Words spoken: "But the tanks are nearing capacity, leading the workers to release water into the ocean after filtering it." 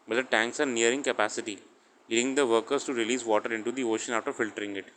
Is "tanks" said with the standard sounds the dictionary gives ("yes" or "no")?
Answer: yes